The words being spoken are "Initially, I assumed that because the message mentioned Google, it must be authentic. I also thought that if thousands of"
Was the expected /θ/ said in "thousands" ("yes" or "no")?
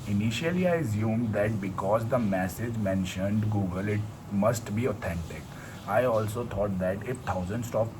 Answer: no